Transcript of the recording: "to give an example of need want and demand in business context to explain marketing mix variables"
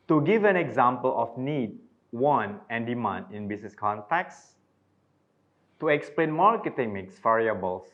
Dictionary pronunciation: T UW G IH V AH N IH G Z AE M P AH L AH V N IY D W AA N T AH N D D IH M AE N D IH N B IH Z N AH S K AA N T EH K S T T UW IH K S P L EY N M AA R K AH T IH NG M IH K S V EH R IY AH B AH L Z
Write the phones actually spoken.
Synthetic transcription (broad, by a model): T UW G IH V AH N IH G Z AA M P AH L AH F N IY D W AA N AH N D D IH M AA N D IH N B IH S N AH S K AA N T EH K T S T UW IH K S P L EY N M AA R K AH T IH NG M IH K S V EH R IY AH B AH L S